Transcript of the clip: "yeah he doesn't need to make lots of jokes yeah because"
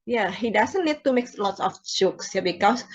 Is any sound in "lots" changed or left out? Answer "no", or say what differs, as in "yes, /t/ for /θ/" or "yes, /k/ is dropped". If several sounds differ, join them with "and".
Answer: no